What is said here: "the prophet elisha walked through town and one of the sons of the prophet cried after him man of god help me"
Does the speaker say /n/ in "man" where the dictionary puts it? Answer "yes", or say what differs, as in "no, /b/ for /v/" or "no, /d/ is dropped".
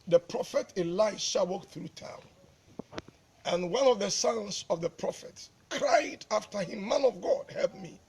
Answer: yes